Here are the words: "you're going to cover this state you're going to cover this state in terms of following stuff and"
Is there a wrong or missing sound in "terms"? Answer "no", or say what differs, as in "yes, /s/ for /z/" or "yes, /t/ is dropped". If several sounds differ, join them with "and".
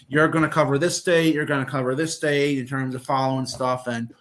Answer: no